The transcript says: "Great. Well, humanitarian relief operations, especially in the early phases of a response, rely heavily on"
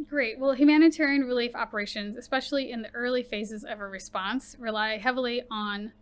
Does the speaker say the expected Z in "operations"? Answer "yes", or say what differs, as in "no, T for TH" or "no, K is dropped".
yes